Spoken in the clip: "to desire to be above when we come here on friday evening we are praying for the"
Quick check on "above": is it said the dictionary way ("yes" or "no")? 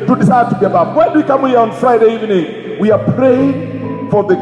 no